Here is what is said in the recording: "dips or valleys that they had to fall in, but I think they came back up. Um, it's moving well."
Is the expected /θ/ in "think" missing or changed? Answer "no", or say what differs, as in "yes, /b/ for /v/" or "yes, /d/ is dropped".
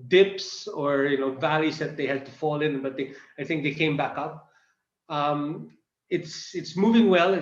no